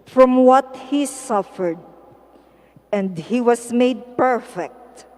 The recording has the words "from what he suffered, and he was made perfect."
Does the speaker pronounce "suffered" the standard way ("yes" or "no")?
yes